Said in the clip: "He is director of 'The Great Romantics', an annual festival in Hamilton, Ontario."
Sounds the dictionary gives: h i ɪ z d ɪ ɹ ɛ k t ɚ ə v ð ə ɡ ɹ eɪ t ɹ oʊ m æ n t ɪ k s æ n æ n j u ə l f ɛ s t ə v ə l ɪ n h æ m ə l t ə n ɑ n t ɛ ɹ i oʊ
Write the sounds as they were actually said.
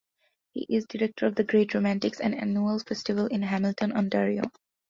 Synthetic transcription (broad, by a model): h i ɪ z d ɪ ɹ ɛ k t ɚ ə v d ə ɡ ɹ eɪ t ɹ oʊ m æ n t ɪ k s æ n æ n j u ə l f ɛ s t ə v ə l ɪ n h æ m ə l t ə n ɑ n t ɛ ɹ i oʊ